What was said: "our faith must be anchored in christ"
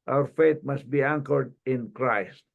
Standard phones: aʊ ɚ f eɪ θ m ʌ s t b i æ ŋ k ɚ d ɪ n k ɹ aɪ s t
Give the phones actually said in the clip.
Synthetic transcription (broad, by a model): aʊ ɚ f eɪ t m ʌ s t b i æ ŋ k ɚ d ɪ n k ɹ aɪ s t